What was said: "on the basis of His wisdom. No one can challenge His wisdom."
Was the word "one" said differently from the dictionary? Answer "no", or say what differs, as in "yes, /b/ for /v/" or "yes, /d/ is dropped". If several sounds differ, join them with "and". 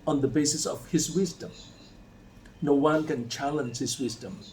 yes, /l/ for /n/